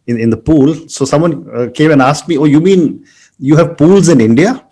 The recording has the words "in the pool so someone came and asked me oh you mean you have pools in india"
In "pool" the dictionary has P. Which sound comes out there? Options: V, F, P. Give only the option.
P